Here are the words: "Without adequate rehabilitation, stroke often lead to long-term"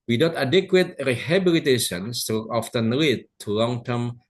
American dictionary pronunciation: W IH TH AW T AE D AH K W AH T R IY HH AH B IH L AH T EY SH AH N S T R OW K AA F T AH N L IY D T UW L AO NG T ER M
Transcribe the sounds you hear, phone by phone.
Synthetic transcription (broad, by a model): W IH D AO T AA D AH K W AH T R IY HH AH B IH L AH T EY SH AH N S T OW AA F T AH N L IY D T UW L AO NG T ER M